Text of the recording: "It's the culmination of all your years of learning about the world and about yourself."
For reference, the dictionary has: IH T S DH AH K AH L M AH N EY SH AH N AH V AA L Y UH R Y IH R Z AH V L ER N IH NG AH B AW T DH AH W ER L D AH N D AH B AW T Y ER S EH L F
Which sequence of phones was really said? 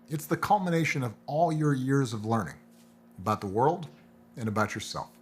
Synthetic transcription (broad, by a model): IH T S DH AH K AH L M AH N EY SH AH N AH V AA L Y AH R Y IH R Z AH V L ER N IH NG AH B AW T DH AH W ER L D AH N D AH B AW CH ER S EH L F